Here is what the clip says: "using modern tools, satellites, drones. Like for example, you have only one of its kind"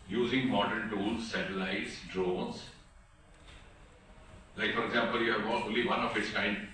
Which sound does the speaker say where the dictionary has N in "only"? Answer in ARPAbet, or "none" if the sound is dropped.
none